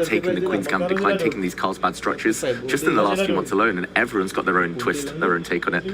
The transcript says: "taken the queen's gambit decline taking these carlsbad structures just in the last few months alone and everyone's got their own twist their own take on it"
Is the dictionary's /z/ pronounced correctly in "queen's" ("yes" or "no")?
yes